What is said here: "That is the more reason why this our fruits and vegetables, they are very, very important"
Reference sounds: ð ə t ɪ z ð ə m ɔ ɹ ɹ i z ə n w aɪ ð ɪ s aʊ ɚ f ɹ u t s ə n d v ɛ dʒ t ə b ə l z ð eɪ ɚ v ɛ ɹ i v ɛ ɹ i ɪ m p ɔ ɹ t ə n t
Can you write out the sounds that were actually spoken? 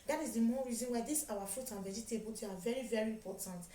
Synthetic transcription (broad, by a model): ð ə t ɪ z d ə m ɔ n ɹ i z ə n w aɪ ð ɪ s aʊ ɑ f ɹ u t ə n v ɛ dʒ t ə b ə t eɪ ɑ v ɛ ɹ i v ɛ ɹ i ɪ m p ɔ t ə n t